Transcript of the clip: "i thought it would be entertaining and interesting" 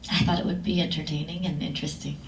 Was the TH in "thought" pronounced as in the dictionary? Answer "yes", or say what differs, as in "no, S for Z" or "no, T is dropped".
yes